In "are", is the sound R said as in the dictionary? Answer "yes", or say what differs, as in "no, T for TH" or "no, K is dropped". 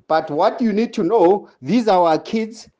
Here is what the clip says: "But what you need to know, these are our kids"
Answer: no, W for R